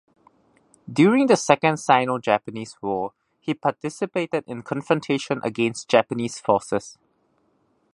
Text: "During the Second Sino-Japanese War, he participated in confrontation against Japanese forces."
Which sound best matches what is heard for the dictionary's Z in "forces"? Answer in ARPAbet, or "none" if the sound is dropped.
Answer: S